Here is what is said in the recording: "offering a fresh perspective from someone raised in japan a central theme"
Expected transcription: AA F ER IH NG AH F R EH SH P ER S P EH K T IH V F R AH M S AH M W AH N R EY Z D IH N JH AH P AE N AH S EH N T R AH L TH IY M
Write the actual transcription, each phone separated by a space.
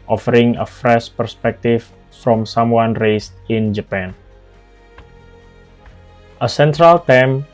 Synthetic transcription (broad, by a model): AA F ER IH NG AH F R EH SH P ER S P EH K T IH F F R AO M S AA M W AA N R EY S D IH N JH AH P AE N AH S EH N T R AH L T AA M